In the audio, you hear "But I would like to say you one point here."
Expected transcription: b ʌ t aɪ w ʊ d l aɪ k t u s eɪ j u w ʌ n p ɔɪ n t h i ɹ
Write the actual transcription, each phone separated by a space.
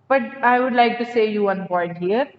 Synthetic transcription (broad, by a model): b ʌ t aɪ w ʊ d l aɪ k t u s eɪ j u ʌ n b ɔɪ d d h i ɹ